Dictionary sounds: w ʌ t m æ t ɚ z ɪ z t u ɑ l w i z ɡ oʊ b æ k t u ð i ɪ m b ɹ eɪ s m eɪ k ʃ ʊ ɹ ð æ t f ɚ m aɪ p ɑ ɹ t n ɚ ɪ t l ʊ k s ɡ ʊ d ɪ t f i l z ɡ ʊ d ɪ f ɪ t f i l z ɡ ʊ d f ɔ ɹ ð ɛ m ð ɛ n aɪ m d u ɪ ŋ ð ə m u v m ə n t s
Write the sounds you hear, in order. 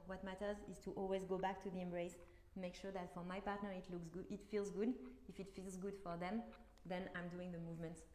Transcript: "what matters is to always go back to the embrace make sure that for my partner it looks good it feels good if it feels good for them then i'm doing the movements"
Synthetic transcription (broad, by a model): w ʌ t m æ t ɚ z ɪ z t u ɑ l w i z ɡ oʊ b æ k t u ð i ɪ m b ɹ eɪ s m eɪ k ʃ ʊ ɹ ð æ t f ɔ m aɪ p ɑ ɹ t n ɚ ɪ t l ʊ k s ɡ ɪ t f i l z ɡ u d ɪ f ɪ t f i l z ɡ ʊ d f ɔ ɹ ð ɛ m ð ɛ n aɪ m d u ɪ ŋ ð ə m u v m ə n t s